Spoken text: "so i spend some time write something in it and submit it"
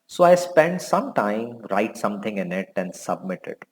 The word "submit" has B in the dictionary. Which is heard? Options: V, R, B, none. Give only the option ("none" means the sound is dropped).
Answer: B